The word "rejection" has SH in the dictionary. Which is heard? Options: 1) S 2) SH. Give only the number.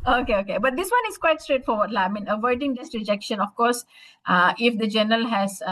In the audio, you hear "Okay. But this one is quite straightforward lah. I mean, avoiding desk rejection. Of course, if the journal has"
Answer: 2